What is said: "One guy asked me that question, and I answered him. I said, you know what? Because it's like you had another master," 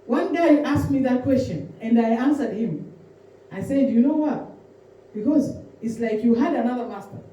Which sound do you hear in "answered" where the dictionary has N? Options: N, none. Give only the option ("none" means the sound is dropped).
N